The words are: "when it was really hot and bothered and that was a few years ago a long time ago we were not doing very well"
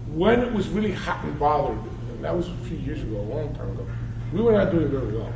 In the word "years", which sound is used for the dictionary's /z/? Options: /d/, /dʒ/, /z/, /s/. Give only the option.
/z/